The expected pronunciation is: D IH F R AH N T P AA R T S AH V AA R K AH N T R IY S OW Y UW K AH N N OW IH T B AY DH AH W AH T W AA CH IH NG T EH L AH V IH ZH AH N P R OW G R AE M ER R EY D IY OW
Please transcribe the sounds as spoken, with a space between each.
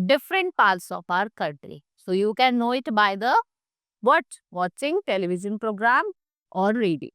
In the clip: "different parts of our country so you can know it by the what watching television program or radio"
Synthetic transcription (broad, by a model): D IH F R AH N T P AA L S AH P AA R K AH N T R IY S OW Y UW K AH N N OW IH T B AY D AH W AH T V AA CH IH NG T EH L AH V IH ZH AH N P R OW G R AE M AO R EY D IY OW